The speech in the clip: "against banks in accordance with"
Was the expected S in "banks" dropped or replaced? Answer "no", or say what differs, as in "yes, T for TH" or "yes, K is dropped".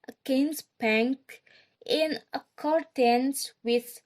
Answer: yes, S is dropped